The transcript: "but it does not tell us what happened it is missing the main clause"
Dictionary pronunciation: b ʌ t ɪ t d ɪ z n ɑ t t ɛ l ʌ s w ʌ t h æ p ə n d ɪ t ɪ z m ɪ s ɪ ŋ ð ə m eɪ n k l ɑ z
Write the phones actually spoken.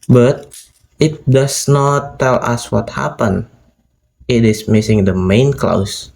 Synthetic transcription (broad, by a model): b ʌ t ɪ t d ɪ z n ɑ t t ɛ l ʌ s w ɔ t h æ p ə n ɪ t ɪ s m ɪ s ɪ ŋ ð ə m eɪ n k l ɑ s